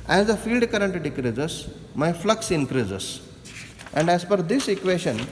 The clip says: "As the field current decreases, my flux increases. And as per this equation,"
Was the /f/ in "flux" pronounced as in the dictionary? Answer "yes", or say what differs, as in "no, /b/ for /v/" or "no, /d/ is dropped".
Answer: yes